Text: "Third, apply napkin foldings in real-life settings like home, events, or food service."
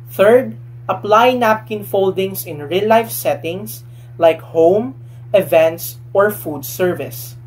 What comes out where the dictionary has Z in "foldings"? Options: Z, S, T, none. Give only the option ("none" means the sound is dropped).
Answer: S